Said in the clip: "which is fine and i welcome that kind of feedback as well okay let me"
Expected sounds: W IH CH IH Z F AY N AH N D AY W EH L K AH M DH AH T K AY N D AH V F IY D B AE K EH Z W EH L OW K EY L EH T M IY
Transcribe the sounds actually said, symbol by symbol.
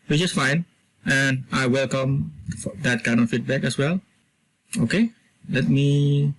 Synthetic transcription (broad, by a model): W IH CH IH S F AY N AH N AY W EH L K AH M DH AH T K AY N D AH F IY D B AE K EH S W EH L OW K EY L EH T M IY